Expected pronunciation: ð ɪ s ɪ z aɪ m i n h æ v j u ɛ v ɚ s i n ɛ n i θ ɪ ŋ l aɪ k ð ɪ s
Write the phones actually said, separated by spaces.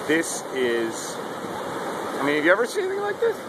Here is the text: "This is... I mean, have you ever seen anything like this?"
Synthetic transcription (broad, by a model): ð ɪ s ɪ z aɪ m i n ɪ f j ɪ ɛ v ɚ s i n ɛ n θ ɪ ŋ l aɪ k ð ɪ s